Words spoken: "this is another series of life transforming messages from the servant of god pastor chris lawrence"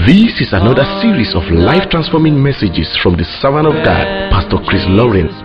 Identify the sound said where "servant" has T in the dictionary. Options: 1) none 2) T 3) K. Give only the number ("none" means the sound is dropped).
1